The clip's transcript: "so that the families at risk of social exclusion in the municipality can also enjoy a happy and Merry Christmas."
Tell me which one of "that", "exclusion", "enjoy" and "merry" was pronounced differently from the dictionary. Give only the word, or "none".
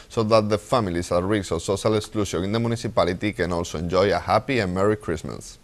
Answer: exclusion